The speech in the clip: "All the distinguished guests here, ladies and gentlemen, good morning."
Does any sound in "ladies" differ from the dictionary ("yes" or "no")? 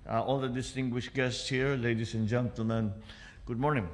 yes